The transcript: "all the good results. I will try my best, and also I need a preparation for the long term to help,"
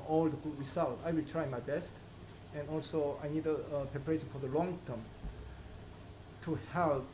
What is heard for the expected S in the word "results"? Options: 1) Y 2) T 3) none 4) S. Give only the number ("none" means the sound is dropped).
3